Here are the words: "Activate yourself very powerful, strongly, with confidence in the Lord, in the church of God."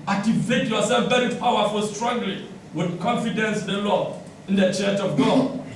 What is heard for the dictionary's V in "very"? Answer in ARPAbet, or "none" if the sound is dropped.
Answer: B